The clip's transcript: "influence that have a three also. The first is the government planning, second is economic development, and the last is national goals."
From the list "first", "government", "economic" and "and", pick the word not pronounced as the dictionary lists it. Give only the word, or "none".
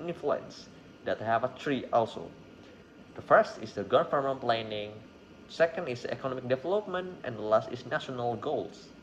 government